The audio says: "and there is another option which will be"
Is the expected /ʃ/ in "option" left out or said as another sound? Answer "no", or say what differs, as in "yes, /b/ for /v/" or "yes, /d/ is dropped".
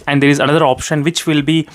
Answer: no